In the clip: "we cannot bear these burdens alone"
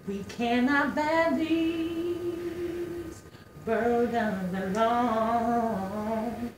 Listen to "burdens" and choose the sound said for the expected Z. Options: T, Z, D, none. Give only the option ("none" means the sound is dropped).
none